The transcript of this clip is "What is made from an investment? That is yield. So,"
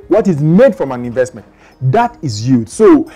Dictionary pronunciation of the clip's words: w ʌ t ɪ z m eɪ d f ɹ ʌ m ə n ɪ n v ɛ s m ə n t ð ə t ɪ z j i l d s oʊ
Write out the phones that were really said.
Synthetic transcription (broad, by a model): w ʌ t ɪ z m eɪ d f ɹ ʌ m ə n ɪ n v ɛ s m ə n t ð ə t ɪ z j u d s oʊ